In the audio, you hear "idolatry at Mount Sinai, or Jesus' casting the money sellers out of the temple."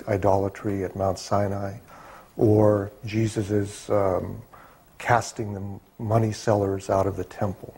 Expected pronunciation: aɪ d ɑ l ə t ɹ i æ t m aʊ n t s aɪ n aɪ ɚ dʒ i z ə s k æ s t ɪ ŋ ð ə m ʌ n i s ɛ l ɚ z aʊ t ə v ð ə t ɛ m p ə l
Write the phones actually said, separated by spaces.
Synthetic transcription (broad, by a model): aɪ d ɑ l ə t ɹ i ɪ t m aʊ n t s aɪ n aɪ ɚ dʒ i z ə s k æ s t ɪ ŋ ð ə m ʌ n i s ɛ l ɚ z aʊ t ə v ð ə t ɛ m p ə l